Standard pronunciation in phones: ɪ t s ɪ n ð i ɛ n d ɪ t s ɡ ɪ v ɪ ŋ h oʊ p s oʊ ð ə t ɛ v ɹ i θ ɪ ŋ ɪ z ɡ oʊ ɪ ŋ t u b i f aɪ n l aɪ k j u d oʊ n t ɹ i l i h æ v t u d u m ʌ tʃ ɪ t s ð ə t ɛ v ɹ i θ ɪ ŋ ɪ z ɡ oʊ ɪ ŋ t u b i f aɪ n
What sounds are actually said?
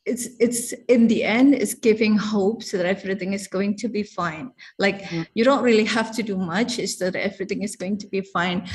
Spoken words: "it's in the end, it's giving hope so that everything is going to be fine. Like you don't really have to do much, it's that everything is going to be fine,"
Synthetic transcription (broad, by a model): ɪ t s ɪ n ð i ɛ n d ɪ t s ɡ ɪ v ɪ ŋ h oʊ p s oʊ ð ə t ɛ v ɹ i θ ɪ ŋ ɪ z ɡ oʊ ɪ ŋ t u b i f aɪ n l aɪ k j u d oʊ n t ɹ i l i h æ f t u d u m ʌ tʃ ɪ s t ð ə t ɛ v ɹ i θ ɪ ŋ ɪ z ɡ oʊ ɪ ŋ t u b i f aɪ n